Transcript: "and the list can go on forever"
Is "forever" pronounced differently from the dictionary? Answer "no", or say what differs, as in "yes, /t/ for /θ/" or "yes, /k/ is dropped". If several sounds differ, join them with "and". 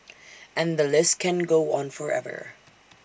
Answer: no